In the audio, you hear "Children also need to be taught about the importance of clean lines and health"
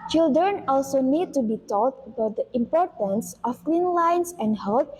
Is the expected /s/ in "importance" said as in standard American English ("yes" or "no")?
yes